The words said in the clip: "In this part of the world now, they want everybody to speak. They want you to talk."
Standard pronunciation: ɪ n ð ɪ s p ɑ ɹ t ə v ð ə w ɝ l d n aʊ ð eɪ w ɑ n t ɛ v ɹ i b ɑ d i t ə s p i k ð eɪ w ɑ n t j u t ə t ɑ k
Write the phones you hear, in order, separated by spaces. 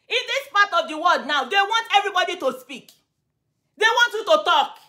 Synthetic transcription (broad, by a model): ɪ n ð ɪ s p ɑ t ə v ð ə w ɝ d n aʊ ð eɪ w ɑ n t ɛ v ɹ i b ɑ d i t ə s p i k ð eɪ w ɑ n t j u t ə t ɑ k